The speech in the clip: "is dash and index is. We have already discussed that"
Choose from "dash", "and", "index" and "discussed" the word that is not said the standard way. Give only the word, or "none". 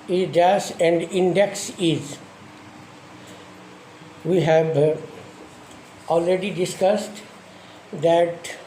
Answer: dash